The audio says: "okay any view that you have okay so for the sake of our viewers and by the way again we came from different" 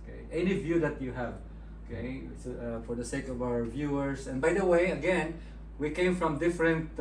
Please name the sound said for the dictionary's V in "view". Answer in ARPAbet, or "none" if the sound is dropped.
V